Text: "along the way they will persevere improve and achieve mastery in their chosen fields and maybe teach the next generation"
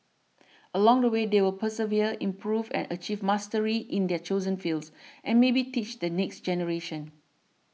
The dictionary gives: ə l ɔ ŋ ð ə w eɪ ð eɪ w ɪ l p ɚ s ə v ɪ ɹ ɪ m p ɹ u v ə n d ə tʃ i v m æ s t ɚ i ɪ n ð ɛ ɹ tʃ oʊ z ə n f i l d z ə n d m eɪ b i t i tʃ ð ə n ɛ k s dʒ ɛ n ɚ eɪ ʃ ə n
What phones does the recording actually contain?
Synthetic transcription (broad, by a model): ə l ɔ ŋ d ə w eɪ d eɪ w ɪ l p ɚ s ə v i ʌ ɪ m p ɹ u v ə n ə tʃ i v m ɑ s t ɚ i ɪ n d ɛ tʃ oʊ z ə n f i l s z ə n m eɪ b i t i tʃ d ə n ɛ k s dʒ ɛ n ɚ eɪ ʃ ə n